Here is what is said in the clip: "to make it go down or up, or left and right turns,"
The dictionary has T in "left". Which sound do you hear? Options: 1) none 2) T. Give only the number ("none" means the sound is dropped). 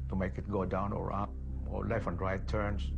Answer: 1